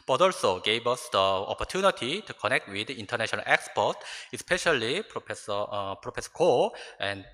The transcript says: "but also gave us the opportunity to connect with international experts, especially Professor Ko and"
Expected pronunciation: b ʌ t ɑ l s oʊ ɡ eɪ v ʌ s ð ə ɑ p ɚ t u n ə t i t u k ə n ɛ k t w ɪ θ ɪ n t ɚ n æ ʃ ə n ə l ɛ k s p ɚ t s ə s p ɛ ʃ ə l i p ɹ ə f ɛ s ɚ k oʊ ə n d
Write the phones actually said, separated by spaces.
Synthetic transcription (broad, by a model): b ʌ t ɑ l s oʊ ɡ eɪ b ʌ s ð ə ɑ p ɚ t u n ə t i t u k ə n ɛ k t w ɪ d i n t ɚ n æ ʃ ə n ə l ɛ k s p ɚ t ə s p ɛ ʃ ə l i p ɹ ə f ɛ s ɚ k oʊ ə n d